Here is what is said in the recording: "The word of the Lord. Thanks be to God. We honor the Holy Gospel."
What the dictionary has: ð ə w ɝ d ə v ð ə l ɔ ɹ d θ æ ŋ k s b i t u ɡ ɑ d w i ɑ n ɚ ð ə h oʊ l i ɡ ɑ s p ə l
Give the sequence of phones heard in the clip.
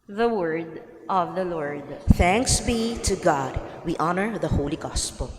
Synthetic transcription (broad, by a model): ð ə w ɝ d ə v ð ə l ɔ ɹ d θ æ ŋ k s b i t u ɡ ɑ d w i ɑ n ɚ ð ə h oʊ l i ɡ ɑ s p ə l